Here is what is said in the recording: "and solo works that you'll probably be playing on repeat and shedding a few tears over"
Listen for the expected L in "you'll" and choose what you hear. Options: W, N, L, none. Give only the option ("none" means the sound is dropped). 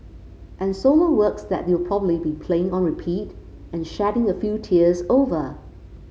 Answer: W